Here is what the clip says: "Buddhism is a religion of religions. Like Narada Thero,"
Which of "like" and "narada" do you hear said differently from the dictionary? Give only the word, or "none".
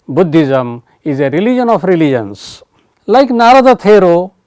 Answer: none